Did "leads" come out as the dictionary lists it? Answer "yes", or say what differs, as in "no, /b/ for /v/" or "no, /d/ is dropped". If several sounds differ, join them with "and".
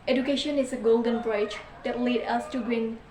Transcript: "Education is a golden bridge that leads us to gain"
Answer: no, /z/ is dropped